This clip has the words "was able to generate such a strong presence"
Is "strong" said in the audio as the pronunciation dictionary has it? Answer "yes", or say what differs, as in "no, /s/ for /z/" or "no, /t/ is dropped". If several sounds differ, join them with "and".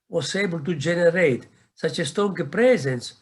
no, /ɹ/ is dropped